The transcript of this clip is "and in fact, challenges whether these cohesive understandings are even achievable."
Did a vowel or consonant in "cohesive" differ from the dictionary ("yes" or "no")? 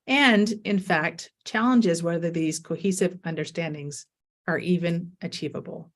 no